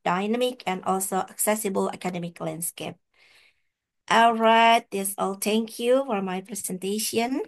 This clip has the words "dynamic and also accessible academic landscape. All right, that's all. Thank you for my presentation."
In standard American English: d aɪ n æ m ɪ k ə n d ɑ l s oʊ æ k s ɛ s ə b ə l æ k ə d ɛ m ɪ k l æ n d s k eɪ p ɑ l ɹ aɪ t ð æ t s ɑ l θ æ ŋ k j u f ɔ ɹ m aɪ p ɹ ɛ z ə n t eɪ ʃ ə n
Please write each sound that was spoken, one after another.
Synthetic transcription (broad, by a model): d aɪ n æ m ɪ k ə n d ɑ l s oʊ æ k s ɛ s ə b ə l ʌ k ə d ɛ m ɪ k l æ n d s k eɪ p ɑ l ɹ aɪ t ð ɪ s ɑ l t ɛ ŋ k j u f ɔ ɹ m aɪ p ɹ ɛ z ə n t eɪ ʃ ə n